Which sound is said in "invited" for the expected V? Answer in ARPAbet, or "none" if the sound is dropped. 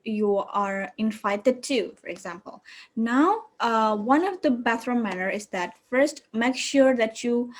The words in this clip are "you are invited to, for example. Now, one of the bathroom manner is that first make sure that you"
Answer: F